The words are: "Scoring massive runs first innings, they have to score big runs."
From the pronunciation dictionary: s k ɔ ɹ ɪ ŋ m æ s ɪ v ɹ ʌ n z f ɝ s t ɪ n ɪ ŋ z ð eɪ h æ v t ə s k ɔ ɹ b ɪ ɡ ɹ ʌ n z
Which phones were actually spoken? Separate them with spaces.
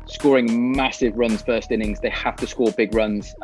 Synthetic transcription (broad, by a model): s k ɔ ɹ ɪ ŋ m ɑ s ɪ v ɹ ʌ n z f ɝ s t ɪ n ɪ ŋ z ð eɪ h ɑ f t ə s k ɔ b ɪ ɡ ɹ ʌ n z